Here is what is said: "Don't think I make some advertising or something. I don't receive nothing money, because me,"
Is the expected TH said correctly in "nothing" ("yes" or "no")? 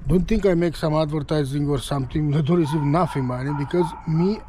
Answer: no